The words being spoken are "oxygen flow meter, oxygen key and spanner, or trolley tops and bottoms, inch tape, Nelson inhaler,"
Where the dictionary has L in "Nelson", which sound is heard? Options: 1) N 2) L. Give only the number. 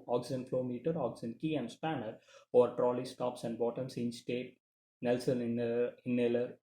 2